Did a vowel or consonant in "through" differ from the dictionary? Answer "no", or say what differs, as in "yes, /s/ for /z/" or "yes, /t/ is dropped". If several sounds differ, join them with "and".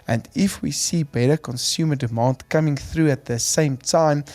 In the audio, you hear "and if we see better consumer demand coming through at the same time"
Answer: no